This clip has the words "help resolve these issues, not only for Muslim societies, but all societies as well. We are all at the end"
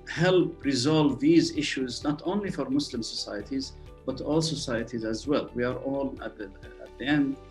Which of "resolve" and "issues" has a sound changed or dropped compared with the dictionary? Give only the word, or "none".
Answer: none